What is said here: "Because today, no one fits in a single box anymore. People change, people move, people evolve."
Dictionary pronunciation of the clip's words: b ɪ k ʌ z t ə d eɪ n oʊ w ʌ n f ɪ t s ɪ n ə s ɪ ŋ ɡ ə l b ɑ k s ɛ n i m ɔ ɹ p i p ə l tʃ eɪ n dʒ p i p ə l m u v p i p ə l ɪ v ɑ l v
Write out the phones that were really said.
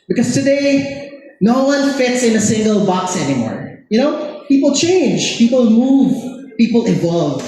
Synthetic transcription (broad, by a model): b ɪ k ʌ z t ə d eɪ n oʊ w ʌ n f ɪ t s ɪ n ə s ɪ ŋ ɡ ə l b ɑ k s ɛ n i m ɔ ɹ p i p ə l tʃ eɪ n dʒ p i p ə l m u v p i p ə l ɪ v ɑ l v